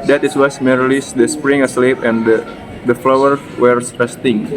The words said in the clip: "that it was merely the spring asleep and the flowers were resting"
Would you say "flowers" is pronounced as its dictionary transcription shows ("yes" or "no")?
no